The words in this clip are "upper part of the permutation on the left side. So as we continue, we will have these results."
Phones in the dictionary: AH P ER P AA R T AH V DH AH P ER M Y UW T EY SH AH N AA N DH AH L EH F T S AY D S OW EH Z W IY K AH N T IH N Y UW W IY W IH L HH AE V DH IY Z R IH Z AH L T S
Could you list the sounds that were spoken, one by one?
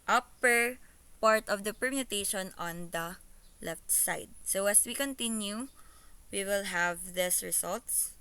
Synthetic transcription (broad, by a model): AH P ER P AA R T AH V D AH P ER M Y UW T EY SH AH N AA N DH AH L EH F T S AY D S OW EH S W IY K AH N T IH N Y UW W IY W IH L HH AE V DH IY S R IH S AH L T S